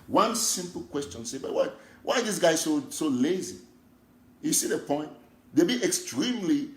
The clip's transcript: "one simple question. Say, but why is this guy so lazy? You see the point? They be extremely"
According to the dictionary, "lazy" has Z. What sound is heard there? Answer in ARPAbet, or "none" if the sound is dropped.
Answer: Z